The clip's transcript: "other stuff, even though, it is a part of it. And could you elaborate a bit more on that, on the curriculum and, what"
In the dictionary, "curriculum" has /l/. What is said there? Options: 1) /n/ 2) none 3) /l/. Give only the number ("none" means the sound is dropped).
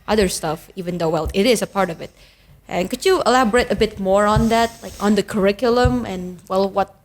3